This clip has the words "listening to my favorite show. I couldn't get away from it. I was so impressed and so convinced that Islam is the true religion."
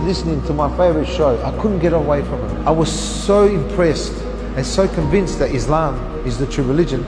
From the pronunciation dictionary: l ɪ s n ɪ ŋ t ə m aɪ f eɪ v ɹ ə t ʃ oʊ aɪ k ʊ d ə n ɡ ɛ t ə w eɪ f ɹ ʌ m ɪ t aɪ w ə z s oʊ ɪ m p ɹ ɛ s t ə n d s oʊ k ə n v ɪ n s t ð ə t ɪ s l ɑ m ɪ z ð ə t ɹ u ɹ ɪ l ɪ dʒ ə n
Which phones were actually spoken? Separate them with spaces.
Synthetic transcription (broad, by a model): l ɪ s n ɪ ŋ t ə m aɪ f eɪ v ɹ ə t ʃ oʊ aɪ k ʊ d n ɡ ɛ t ə w eɪ f ɹ ʌ m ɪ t aɪ w ə z s oʊ ɪ m p ɹ ɛ s t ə n s oʊ k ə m v ɪ n s t ð ə t ɪ s l ɑ m ɪ z ð ə t ɹ u ɹ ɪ l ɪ dʒ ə n